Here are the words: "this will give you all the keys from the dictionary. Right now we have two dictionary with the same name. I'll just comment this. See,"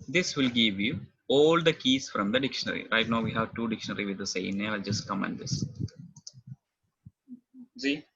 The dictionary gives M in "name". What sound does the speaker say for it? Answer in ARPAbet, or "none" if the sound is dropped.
none